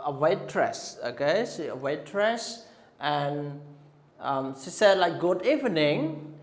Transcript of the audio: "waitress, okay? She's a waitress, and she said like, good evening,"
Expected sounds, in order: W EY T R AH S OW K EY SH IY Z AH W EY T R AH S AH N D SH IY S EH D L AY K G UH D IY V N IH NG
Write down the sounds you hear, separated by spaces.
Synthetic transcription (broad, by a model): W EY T R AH S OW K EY S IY AH W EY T R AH S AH N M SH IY S EH D L AY K G UH D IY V N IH NG